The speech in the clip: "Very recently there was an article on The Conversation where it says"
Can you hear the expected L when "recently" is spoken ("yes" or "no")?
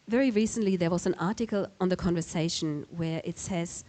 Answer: yes